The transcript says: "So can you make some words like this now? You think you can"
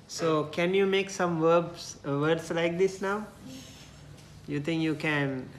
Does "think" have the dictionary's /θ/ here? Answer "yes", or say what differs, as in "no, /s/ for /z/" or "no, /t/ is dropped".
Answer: no, /t/ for /θ/